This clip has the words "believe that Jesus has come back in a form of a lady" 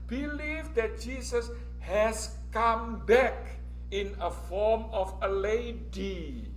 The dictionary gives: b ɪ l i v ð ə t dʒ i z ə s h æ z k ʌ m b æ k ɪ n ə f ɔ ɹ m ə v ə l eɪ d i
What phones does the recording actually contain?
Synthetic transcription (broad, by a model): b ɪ l i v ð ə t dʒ i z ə s h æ s k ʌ m b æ k ɪ n ə f ɔ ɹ m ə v ə l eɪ d i